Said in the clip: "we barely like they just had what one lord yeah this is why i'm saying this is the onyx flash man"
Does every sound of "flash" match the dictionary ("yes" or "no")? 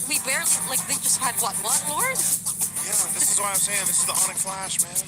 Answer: yes